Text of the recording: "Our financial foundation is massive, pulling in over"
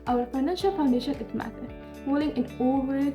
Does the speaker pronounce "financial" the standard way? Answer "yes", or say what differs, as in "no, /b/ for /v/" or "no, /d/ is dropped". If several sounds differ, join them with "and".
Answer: yes